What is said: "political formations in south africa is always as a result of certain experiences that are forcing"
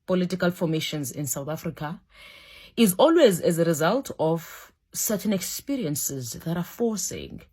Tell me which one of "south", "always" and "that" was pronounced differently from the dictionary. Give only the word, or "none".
none